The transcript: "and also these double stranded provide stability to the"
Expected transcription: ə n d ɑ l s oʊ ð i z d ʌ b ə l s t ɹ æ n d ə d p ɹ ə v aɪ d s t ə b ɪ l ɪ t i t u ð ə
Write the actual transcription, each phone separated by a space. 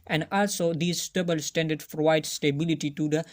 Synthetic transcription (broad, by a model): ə n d ɑ l s oʊ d i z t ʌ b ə l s t æ n d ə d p ɹ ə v aɪ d s t ə b ɪ l ɪ t i t u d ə